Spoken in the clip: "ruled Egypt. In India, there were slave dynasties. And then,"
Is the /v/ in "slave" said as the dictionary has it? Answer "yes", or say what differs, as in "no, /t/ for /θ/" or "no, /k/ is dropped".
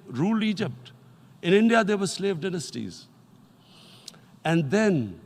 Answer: yes